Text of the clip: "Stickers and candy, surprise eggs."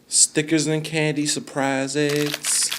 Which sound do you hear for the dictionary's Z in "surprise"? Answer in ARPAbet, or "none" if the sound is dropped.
Z